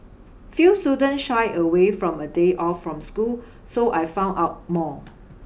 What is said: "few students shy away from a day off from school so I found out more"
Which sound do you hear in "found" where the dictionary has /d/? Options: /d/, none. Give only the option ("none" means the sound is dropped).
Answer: none